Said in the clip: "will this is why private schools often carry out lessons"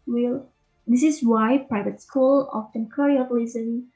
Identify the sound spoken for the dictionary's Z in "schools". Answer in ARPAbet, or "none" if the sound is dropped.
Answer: none